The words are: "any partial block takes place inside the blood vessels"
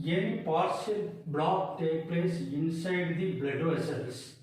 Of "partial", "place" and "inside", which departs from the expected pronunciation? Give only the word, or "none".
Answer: partial